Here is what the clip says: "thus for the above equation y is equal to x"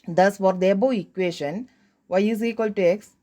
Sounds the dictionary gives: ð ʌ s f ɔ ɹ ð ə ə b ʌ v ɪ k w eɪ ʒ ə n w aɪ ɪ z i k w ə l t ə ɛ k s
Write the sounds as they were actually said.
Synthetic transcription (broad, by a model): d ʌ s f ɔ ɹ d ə b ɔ ɪ k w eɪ ʃ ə n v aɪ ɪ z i k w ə l t ə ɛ k s